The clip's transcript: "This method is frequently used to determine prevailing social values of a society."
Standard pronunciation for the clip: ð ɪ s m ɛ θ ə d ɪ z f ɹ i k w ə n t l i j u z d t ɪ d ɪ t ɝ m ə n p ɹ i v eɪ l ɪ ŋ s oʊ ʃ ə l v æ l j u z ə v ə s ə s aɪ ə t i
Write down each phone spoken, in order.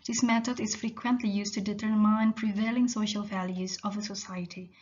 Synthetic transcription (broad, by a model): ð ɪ s m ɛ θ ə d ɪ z f ɹ i k w ə n t l i j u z t ɪ d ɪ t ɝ m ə n p ɹ i v eɪ l ɪ ŋ s oʊ ʃ ə l v æ l j u z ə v ə s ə s aɪ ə t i